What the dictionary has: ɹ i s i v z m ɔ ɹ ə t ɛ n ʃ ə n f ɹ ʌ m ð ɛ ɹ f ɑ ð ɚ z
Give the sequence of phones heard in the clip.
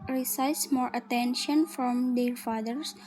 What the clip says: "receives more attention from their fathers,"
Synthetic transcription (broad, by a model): ɹ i s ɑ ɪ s m ɔ ɹ ə t ɛ n ʃ ə n f ɹ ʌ m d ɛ ɹ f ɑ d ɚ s